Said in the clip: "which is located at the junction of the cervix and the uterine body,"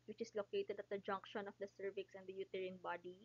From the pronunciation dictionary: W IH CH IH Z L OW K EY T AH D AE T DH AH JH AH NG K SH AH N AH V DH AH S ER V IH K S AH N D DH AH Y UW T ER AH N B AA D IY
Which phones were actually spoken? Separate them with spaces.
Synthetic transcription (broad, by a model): W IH CH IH S L OW K EY T AH D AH T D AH JH AH NG K SH AH N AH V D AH S ER V IH K S AH N D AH Y UW T ER AH N B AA D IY